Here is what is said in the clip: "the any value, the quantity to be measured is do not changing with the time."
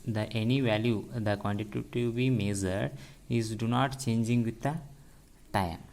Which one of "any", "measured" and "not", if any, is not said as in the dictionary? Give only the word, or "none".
measured